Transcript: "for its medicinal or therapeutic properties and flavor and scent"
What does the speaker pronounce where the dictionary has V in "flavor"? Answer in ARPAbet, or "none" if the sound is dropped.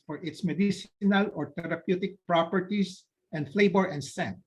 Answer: B